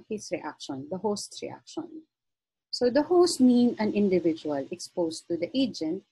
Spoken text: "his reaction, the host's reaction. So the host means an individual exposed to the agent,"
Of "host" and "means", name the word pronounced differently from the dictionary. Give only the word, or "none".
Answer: means